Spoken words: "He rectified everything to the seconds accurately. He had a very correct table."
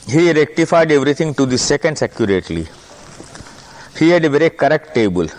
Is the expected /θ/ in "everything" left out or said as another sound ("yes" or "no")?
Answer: yes